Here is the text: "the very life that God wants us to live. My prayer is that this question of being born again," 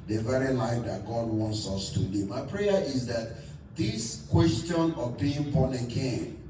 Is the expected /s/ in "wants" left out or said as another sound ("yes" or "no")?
no